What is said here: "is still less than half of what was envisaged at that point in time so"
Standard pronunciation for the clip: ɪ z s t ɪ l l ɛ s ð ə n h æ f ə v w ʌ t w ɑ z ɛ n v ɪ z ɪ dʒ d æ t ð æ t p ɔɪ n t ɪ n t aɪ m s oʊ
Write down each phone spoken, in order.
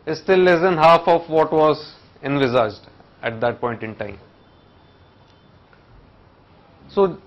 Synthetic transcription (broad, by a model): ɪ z s t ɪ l l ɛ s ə n h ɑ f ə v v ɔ t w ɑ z ɛ n v ɪ z ɪ dʒ d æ t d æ t p ɔɪ n t ɪ n t aɪ m s oʊ